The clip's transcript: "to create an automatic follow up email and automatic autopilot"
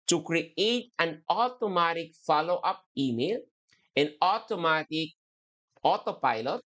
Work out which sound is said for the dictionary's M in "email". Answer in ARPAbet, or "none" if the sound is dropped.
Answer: M